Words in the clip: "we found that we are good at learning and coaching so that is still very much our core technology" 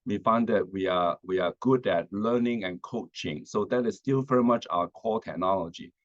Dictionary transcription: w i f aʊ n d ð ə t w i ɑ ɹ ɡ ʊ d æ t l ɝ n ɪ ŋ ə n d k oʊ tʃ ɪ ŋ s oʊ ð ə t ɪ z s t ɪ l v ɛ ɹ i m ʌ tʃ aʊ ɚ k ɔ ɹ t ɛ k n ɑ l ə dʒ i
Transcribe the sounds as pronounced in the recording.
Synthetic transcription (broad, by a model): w i f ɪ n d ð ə t w i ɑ w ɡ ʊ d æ t l ɝ n ɪ ŋ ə n k oʊ tʃ ɪ ŋ s oʊ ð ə t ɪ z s t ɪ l v ɛ ɹ i m ʌ tʃ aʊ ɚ k ɔ l t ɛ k n ɑ l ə dʒ i